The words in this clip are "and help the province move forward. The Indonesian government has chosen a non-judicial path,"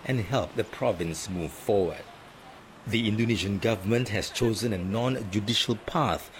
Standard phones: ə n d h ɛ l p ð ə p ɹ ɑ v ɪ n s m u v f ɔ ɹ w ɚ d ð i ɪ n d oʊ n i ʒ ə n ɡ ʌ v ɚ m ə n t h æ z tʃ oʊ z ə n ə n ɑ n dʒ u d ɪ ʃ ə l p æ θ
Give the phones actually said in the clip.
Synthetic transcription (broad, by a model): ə n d h ɛ l p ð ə p ɹ ɑ v ɪ n s m u v f ɔ w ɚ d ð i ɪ n d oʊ n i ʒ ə n ɡ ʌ v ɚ m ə n t h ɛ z tʃ oʊ z ə n ə n ɑ n dʒ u d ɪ ʃ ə l p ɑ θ